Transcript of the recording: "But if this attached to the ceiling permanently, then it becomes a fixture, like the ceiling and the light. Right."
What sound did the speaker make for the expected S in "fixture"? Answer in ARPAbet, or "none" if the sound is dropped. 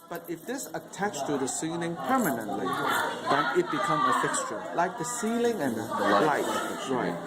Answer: S